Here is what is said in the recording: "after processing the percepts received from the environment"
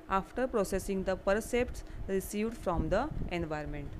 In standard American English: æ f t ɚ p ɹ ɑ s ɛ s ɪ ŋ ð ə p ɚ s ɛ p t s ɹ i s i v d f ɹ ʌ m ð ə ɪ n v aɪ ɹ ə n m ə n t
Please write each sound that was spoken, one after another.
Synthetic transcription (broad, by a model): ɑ f t ɚ p ɹ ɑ s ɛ s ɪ ŋ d ə p ɚ s ɛ p t s ɹ i s i v d f ɹ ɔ m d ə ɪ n v aɪ ɹ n m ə n t